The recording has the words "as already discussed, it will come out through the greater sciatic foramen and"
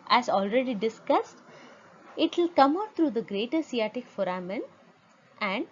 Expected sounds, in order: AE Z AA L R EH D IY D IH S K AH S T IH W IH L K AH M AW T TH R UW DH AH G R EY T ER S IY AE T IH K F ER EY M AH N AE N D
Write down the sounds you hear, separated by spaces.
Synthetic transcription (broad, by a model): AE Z AA L R EH D IY D IH S K AH S T IH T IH L K AH M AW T R UW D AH G R EY T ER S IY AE T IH K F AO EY M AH N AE N D